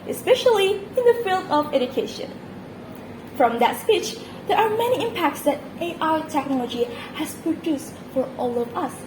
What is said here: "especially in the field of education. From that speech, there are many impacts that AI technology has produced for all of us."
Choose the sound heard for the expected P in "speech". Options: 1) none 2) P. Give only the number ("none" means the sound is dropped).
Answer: 2